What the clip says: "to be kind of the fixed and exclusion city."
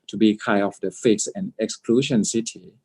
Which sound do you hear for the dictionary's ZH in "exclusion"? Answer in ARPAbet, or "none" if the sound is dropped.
SH